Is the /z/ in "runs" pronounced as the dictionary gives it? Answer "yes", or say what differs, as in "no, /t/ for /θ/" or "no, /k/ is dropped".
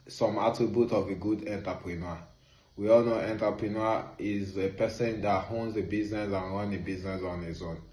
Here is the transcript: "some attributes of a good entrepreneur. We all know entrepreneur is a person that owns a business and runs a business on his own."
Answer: no, /z/ is dropped